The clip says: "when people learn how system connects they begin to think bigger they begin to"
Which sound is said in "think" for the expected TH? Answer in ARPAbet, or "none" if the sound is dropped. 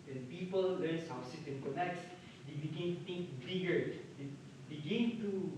T